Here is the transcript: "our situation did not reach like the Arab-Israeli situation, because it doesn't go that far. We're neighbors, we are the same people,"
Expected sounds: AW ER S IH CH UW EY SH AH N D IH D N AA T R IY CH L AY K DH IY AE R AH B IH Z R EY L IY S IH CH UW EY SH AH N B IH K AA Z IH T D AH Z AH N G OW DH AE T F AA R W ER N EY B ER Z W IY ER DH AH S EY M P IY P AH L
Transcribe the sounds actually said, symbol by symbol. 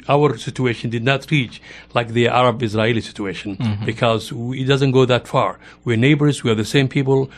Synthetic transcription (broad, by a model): AW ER S IH CH UW EY SH AH N D IH D N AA T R IY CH L AY K DH IY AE R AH B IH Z R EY L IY S IH CH UW EY SH AH N B IH K AA Z IH T D AH Z AH N G OW DH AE T F AA R W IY N EY B ER Z W IY ER DH AH S EY M P IY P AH L